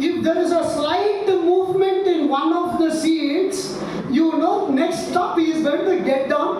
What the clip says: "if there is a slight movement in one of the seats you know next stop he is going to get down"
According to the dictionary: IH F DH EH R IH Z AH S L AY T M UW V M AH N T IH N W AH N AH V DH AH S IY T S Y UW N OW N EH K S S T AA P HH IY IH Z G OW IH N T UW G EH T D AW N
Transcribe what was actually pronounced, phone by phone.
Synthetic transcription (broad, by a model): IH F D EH R IH Z AH S L AY T M UW V M AH N T IH N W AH N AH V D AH S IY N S Y UW N OW N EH K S S T AA P HH IY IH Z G OW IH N T UW G EH T D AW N